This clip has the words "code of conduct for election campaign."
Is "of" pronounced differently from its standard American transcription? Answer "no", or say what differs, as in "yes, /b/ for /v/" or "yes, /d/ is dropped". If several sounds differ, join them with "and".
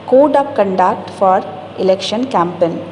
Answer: yes, /p/ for /v/